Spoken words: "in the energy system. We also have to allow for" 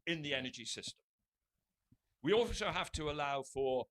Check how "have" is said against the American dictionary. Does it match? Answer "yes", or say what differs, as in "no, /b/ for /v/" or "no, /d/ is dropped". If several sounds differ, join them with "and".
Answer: no, /f/ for /v/